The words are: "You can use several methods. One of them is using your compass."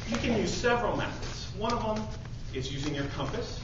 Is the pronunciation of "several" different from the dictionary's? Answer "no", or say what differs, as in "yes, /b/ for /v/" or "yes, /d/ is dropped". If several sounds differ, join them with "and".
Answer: no